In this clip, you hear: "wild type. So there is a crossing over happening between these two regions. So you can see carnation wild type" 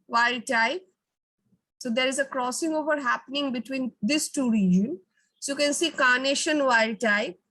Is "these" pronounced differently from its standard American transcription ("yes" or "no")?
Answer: yes